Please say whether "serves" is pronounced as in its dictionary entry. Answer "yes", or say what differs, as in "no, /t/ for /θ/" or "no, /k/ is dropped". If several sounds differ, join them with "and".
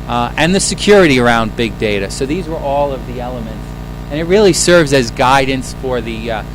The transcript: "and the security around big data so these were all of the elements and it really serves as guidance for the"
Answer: yes